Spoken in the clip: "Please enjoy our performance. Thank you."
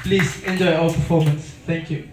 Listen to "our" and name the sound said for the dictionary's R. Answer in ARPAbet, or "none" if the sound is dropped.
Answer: L